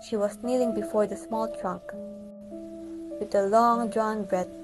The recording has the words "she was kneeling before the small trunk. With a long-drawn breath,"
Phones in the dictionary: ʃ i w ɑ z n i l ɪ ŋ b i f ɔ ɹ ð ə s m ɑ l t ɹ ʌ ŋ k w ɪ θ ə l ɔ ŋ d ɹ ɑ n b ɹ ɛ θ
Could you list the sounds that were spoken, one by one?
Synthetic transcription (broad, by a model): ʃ i w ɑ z n i l ɪ ŋ b i f ɔ ɹ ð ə s m ɑ l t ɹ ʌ k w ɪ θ ə l ɔ ŋ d ɹ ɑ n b ɹ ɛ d